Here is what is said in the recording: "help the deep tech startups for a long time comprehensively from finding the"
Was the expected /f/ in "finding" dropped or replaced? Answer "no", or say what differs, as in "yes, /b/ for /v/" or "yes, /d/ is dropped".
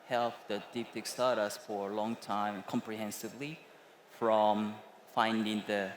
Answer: no